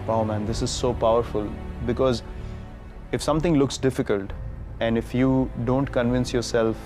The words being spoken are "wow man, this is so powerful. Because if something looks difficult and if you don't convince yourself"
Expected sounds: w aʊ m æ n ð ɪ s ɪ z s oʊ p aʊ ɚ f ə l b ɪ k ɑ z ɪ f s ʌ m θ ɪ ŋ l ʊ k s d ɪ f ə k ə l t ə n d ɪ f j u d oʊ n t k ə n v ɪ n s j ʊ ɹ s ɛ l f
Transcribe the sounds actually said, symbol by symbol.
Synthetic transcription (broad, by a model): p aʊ m æ n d ɪ s ɪ z s oʊ p aʊ ɚ f ə l b ɪ k ɑ z ɪ f s ʌ m t ɪ ŋ l ʊ k s d ɪ f ə k ə l t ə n d ɪ f j u d oʊ n t k ə n v ɪ n s j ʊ ɹ s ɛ l f